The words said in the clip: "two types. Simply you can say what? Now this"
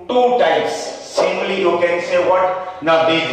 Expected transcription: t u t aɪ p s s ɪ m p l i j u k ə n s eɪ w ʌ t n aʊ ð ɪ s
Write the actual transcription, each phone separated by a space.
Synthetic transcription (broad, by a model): t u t aɪ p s s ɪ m l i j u k ə n s eɪ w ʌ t n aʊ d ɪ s